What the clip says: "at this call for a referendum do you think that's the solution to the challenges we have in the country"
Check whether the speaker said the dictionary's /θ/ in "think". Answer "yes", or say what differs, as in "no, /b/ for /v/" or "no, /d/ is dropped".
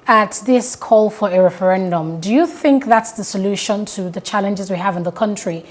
yes